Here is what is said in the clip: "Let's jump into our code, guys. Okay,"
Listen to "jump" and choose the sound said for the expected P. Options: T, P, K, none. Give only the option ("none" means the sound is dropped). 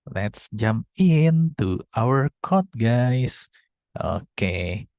P